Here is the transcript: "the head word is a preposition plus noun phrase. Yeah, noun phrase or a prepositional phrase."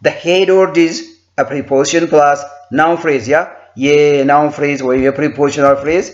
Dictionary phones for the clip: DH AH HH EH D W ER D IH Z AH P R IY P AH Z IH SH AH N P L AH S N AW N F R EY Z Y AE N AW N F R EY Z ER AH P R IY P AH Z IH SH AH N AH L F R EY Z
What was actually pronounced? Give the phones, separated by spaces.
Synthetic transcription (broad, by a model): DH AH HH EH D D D IH Z AH P R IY P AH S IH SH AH N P L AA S N AW N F R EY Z Y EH N AW N F R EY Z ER AH P R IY P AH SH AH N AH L F R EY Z